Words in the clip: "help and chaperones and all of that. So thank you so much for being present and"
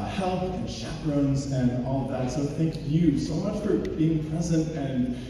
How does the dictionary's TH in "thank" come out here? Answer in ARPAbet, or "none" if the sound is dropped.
TH